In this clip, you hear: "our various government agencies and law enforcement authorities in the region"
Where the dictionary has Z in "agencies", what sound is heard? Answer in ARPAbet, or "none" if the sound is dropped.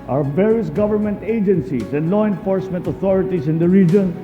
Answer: S